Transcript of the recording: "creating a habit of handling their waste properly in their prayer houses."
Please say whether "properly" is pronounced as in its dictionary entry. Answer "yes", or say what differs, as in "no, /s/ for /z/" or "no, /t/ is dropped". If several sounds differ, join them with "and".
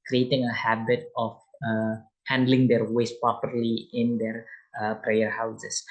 yes